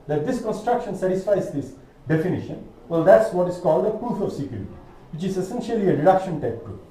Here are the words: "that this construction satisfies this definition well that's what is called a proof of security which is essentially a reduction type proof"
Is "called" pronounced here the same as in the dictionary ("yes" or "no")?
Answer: yes